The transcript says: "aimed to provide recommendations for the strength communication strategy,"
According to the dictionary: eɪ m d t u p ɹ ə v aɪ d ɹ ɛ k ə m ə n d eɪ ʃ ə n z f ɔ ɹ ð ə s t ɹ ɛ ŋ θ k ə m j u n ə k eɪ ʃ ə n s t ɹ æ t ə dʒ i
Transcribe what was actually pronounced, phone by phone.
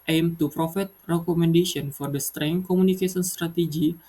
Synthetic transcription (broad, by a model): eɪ m t u p ɹ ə f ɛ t ɹ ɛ k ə m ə n d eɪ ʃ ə n f ɔ ɹ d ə s t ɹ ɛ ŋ k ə m u n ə k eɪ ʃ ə n s t ɹ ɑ t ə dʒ i